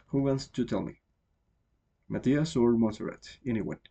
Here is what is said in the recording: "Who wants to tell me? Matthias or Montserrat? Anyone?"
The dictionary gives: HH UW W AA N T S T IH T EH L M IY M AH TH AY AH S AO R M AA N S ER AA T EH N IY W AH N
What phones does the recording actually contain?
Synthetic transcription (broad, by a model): HH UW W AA N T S T IH T EH L M IY M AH T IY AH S AO R M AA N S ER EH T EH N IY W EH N